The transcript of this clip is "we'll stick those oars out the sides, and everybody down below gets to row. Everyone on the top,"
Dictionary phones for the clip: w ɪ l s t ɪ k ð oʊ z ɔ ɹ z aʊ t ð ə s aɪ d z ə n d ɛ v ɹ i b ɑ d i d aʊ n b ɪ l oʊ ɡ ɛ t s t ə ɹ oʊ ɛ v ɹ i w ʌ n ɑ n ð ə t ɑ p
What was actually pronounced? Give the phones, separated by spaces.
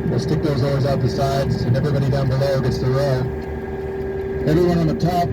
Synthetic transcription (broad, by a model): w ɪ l s t ɪ k ð oʊ z ɔ ɹ z aʊ t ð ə s aɪ d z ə n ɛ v ɹ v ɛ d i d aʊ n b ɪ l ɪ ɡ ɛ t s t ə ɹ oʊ ɛ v ɹ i w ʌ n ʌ n ð ə t ɑ p